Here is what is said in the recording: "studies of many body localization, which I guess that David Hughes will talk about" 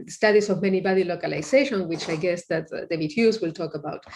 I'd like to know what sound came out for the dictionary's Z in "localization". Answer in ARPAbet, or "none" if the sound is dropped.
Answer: S